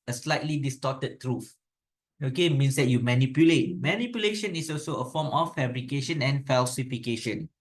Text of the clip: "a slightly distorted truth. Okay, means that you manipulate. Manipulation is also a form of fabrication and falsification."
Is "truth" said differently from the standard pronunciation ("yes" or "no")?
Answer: yes